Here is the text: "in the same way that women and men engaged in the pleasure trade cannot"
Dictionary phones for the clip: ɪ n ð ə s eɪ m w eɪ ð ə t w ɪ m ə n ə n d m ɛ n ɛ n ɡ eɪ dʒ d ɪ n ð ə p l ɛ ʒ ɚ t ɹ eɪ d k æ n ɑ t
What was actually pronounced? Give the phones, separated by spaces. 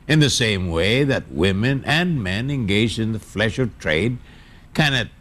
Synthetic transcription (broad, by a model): ɪ n ð ə s eɪ m w eɪ ð ə t w ɪ m ə n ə n m ɛ n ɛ n ɡ eɪ dʒ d ɪ n ð ə f l ɛ ʃ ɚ t ɹ eɪ d k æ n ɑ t